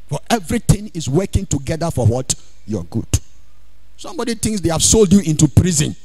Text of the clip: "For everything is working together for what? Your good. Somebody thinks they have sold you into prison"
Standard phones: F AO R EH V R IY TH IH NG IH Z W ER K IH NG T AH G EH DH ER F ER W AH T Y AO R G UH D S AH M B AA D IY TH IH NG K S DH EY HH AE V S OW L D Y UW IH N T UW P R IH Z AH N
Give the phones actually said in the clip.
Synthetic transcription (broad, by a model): F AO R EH V R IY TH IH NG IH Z W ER K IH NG T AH G EH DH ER F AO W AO T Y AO G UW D S AH M B AA D IY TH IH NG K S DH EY HH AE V S OW L D Y UW IH N T UW P R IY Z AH N